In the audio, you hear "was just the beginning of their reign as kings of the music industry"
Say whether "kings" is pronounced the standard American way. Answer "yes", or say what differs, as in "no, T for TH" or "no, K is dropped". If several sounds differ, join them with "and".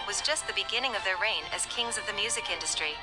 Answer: yes